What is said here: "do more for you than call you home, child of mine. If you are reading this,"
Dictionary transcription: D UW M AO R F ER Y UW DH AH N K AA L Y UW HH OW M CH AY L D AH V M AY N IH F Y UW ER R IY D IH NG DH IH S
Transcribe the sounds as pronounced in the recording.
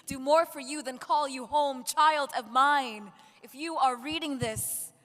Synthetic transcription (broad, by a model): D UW M AO R F ER Y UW DH AH N K AA L Y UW HH OW M CH AY L D AH V M AY N IH F Y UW ER R IY D IH NG DH IH S